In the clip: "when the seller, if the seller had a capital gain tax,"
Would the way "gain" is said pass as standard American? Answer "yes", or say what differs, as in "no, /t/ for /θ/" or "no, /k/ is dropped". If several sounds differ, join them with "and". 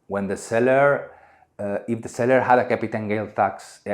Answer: no, /l/ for /n/